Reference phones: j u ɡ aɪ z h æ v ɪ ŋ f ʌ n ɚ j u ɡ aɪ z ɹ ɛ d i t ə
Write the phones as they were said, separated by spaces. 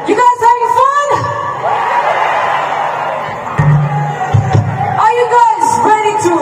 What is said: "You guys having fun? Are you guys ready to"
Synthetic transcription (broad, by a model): j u ɡ aɪ z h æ ɪ f ʌ n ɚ j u ɡ aɪ z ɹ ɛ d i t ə